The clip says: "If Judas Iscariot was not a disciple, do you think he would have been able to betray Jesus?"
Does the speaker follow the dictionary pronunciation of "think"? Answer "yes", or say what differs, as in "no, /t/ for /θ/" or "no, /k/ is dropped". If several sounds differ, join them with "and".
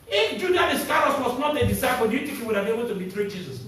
no, /t/ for /θ/ and /ŋ/ is dropped